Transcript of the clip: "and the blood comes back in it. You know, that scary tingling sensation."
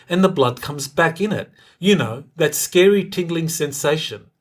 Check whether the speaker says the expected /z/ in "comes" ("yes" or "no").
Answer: yes